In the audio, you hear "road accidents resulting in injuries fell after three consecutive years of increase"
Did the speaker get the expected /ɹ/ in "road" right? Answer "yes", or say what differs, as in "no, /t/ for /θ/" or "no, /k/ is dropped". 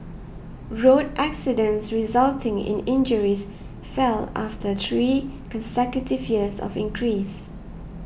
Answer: yes